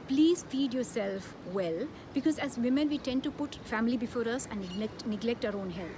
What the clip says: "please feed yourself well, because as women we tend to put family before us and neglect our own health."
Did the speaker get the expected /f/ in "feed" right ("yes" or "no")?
yes